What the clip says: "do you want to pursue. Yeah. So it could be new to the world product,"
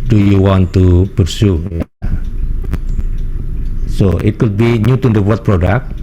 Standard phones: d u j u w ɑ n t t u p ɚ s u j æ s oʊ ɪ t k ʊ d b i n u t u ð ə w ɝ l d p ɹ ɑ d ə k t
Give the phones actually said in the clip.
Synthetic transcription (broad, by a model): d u j u w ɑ n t t u b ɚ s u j s oʊ ɪ t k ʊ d b i n u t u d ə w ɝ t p ɹ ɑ d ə k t